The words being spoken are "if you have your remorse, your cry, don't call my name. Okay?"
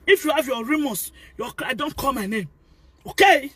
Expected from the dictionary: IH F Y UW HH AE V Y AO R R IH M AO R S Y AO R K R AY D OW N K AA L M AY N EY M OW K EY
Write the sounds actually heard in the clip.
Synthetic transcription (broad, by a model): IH F Y UW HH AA V Y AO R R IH M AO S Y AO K AY D OW N K AA L M AY N EY M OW K EY